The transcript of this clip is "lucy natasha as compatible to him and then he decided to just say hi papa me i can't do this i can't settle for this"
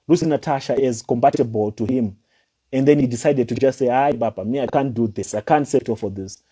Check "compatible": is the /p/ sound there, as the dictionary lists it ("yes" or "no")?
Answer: no